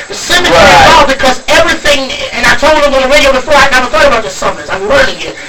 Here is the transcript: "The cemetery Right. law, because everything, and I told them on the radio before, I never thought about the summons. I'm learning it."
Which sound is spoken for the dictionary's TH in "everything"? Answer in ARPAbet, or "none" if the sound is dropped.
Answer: TH